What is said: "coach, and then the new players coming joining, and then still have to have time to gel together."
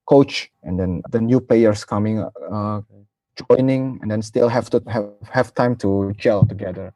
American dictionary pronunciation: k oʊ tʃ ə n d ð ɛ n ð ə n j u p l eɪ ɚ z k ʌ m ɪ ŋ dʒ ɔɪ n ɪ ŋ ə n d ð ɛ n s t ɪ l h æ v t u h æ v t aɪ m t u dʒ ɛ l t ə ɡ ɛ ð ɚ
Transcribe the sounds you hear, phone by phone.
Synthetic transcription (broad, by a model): k oʊ tʃ ə n d ɛ n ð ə n j u p eɪ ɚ s k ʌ m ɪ ŋ dʒ ɔɪ n ɪ ŋ ə n d ɛ n s t ɪ l h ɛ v t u h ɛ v t aɪ m t u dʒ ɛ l t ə ɡ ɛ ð ɚ